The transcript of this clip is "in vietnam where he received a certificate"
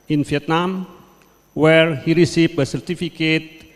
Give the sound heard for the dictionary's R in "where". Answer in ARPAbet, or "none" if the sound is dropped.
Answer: R